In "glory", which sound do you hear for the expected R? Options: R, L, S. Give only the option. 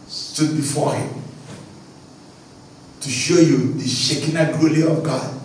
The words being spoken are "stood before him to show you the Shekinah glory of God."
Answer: L